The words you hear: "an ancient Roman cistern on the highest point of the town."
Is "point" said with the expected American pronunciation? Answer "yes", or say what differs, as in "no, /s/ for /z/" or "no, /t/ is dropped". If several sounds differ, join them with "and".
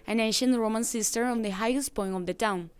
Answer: no, /t/ is dropped